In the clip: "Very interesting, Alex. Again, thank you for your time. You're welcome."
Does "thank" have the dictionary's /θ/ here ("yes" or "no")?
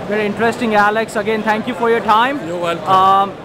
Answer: no